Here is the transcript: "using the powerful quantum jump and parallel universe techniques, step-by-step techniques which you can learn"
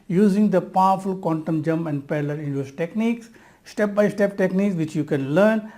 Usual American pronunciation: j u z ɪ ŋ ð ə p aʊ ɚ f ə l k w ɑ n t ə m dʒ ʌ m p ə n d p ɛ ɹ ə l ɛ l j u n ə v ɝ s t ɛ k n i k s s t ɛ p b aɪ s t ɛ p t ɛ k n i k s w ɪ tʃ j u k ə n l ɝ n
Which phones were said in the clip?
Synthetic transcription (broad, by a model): j u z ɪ ŋ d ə p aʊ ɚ f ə l k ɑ n t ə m dʒ ʌ m p ə n d p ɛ l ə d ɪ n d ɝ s t ɛ k n i k s s t ɛ p b aɪ s t ɛ p t ɛ k n i k s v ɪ tʃ j u k ə n l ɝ n